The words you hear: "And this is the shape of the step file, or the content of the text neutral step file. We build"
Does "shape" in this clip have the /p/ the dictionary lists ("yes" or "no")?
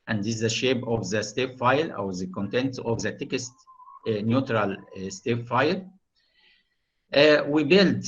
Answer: no